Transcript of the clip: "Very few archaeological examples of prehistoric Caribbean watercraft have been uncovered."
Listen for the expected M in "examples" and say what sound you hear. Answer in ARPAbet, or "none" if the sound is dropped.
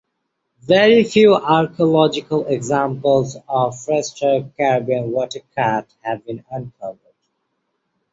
M